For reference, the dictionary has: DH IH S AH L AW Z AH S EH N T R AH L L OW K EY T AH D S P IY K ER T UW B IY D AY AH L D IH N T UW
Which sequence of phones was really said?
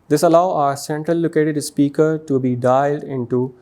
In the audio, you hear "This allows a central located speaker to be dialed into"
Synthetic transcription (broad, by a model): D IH S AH L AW AH S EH N T R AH L L OW K EY T AH D S P IY K ER T UW B IY D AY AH L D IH N T UW